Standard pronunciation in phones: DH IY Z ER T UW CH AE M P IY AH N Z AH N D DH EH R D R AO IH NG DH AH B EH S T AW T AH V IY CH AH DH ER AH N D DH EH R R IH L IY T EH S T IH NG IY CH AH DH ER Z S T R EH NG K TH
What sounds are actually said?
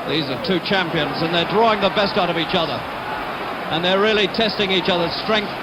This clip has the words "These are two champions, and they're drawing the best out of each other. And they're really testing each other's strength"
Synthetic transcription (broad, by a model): DH IY Z ER T UW CH AE M P IY AH N Z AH N DH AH R D R AO IH NG DH AH B EH S T AW T AH V IY CH AH DH ER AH N DH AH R R IH L IY T EH S T IH NG IY CH AH DH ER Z S T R EH NG K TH